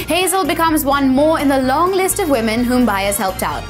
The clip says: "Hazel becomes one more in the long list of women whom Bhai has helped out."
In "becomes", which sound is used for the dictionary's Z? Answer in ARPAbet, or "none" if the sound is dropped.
Z